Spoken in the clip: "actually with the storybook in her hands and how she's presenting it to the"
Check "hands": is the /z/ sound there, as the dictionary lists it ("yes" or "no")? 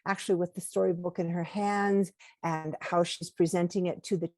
yes